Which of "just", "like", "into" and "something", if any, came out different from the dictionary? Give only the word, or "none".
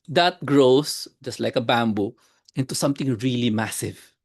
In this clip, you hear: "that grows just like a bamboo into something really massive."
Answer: something